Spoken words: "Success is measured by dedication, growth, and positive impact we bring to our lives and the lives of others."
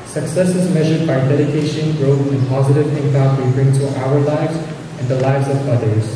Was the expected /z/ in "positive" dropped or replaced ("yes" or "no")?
no